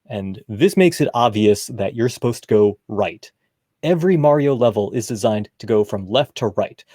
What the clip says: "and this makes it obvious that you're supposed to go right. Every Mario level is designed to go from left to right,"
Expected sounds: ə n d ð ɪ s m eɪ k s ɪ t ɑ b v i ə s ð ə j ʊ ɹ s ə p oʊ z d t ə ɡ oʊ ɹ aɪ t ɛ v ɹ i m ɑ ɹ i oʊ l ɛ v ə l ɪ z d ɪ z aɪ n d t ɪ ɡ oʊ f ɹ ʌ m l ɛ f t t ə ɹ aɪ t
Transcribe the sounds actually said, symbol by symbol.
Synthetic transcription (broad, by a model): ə n ð ɪ s m eɪ k s ɪ t ɑ b v i ə s ð ə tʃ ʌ ɹ s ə p oʊ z t ə ɡ oʊ ɹ aɪ t ɛ v ɹ i m ɑ ɹ i oʊ l ɛ v l ɪ z d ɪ z aɪ n t ɪ ɡ oʊ f ɹ ʌ m l ɛ f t t ə ɹ aɪ t